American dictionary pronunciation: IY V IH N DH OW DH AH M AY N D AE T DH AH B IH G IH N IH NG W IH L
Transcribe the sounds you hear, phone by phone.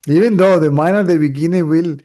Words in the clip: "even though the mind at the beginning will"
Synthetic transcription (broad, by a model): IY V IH N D OW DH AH M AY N AO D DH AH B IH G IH N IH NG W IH L